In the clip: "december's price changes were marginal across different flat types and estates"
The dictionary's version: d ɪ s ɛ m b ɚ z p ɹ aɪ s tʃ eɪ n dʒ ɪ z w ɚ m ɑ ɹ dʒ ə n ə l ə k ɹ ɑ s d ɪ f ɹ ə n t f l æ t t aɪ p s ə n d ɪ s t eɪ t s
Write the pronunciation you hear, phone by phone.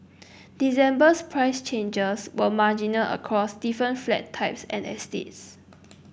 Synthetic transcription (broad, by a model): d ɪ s ɛ m b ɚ s p ɹ aɪ s tʃ eɪ n dʒ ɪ s w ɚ m ɑ dʒ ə n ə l ə k ɹ ɑ s d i f ɹ ə n t f l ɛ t t aɪ p s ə n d ɪ s t eɪ t s